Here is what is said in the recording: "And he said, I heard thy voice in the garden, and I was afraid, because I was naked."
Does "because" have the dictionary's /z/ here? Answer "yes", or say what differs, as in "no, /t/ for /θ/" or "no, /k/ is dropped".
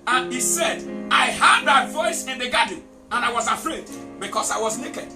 no, /s/ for /z/